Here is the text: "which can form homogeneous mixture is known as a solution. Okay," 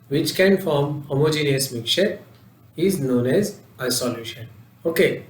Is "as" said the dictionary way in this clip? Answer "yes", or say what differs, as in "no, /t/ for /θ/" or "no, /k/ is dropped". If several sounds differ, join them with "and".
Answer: yes